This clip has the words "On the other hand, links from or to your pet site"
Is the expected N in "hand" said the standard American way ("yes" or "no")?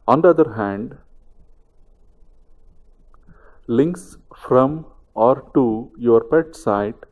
yes